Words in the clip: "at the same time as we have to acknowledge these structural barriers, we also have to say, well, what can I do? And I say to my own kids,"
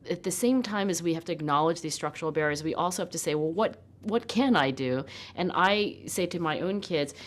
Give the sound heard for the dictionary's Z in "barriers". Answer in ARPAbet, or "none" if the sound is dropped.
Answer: Z